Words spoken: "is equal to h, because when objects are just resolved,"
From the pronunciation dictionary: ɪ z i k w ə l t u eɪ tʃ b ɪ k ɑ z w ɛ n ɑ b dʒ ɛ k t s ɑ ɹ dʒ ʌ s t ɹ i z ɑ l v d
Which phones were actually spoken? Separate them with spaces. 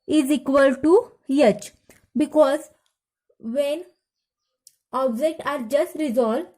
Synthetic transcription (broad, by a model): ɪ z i k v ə l t u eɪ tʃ b ɪ k ɑ z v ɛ n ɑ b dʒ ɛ k t ɑ ɹ dʒ ʌ s t ɹ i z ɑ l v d